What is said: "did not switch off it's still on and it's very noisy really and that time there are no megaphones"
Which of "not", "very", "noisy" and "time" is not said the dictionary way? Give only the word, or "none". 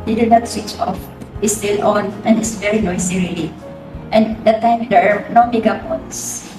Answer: noisy